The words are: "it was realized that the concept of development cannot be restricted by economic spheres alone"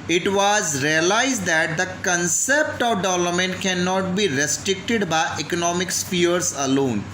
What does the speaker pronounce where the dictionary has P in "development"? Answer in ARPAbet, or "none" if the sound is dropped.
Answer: none